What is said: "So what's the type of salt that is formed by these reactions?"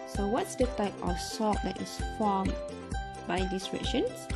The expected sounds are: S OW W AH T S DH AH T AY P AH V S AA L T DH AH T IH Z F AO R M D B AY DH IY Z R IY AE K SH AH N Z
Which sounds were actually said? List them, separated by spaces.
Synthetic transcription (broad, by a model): S OW W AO T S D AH T AY P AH F S AA T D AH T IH S F AO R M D B AY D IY S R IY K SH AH N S